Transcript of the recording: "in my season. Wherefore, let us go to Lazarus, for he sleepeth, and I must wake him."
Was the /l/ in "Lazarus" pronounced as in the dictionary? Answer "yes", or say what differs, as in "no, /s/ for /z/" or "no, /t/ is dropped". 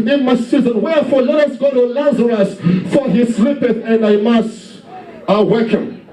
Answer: yes